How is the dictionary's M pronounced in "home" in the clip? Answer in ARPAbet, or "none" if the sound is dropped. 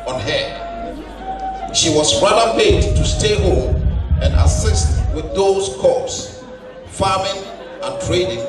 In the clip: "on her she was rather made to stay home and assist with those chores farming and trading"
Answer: none